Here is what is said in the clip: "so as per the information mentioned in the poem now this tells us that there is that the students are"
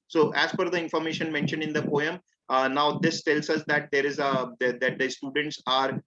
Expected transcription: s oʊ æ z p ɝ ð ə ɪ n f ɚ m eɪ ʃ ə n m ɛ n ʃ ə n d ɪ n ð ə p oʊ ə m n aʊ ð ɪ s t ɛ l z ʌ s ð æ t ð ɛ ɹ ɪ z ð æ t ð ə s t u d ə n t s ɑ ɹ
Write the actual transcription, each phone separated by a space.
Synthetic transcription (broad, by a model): s oʊ æ z f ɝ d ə ɪ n f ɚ m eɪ ʃ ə n m ɛ n ʃ ə n d ɪ n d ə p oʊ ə m n aʊ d ɪ s t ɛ l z ʌ s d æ t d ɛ ɹ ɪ z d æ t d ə s t u d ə n t s ɑ ɹ